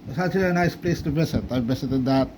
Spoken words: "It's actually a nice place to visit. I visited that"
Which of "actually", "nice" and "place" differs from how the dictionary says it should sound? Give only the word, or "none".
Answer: actually